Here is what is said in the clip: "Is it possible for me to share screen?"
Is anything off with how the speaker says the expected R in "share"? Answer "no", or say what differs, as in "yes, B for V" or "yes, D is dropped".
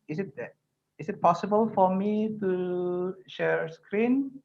no